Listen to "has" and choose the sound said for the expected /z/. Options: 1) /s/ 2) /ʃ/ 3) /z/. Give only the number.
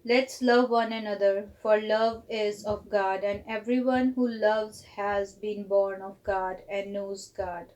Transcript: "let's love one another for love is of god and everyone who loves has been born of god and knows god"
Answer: 3